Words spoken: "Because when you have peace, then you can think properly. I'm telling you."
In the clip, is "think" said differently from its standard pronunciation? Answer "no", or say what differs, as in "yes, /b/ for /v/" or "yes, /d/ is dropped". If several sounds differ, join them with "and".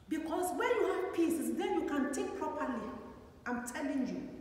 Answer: yes, /t/ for /θ/ and /ŋ/ is dropped